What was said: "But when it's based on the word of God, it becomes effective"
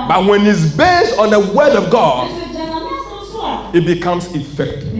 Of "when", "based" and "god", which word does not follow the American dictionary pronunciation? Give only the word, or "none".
none